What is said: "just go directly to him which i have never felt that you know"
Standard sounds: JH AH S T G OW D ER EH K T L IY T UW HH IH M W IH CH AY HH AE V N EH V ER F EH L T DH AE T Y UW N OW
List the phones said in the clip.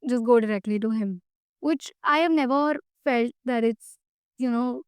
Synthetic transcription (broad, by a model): JH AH S G OW D ER EH K T L IY T UW HH IH M W IH CH AY HH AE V N EH V ER F EH L T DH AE T Y UW N OW